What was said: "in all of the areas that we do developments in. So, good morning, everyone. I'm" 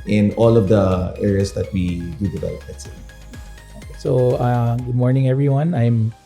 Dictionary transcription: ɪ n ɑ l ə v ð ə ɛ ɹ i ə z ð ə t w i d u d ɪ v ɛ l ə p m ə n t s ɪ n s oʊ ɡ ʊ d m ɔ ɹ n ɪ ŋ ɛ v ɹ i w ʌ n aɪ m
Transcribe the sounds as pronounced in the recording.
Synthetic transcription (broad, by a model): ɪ n ɑ l ə v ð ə ɛ ɹ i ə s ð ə t w i d u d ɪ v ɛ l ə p ə t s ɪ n s oʊ ɡ ʊ d m ɔ ɹ n ɪ ŋ ɛ v ɹ i w ʌ n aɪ m